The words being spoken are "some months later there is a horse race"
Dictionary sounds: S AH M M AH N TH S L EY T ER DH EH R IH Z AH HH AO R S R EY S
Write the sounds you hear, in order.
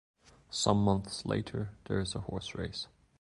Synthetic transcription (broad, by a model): S AH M M AH N TH S L EY T ER DH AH R IH Z AH HH AO R S R EY S